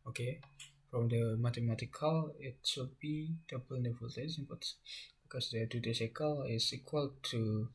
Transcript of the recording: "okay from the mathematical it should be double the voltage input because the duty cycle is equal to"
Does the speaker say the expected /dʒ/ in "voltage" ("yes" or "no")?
no